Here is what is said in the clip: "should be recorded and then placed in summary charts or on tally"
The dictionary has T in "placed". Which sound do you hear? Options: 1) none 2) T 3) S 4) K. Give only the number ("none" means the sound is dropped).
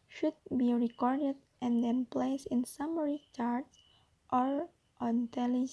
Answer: 1